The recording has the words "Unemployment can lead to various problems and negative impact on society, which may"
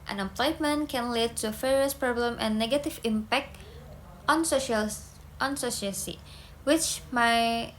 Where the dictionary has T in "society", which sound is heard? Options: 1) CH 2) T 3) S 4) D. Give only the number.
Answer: 3